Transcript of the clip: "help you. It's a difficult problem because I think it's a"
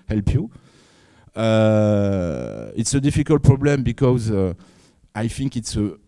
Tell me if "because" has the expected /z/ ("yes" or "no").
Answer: yes